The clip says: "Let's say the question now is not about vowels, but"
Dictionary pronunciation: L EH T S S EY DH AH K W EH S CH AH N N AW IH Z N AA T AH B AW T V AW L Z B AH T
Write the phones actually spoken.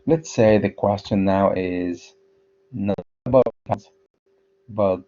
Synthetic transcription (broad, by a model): L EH T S S EY DH AH K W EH S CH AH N N AW IH Z N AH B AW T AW Z B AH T